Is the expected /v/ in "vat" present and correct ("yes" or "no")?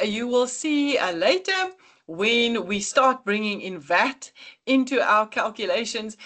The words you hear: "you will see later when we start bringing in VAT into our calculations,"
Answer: yes